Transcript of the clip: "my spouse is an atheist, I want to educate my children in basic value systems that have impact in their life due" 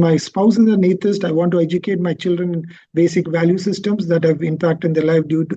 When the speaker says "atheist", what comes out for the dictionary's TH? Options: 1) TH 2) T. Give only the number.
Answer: 2